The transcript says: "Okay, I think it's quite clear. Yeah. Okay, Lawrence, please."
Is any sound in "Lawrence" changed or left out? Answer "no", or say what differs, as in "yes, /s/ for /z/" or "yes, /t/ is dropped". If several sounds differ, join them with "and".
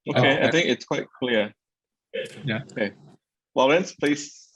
yes, /w/ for /l/